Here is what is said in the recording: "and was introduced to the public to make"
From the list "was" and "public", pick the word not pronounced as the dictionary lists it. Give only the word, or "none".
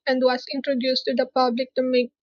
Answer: was